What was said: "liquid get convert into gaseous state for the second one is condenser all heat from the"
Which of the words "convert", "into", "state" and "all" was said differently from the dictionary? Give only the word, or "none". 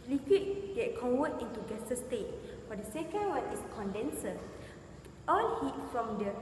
convert